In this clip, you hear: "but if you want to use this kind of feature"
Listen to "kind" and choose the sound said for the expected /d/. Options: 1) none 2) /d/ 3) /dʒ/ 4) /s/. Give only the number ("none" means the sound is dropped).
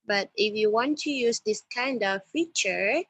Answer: 2